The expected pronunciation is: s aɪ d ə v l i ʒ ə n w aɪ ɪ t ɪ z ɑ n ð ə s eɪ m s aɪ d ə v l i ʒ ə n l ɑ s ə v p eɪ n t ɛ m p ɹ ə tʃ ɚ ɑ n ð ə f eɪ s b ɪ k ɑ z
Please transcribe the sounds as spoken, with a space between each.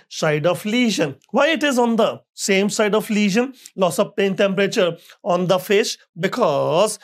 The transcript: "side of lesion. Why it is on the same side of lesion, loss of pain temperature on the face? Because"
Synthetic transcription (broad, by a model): s aɪ d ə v l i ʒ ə n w aɪ ɪ t ɪ z ɑ n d ə s eɪ m s aɪ d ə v l i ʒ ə n l ɑ s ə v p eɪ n t ɛ m p ɹ ə tʃ ɚ ɑ n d ə f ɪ ʃ b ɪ k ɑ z